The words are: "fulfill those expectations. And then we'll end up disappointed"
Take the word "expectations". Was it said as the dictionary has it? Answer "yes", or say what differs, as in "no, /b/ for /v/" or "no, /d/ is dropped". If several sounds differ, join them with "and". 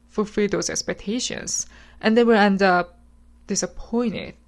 no, /s/ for /z/